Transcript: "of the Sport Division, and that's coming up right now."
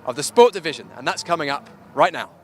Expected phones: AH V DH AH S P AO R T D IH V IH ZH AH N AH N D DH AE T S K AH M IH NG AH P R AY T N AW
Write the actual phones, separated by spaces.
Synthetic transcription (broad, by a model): AH V DH AH S P AO T D IH V IH ZH AH N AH N DH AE T S K AH M IH NG AH P R AY T N AW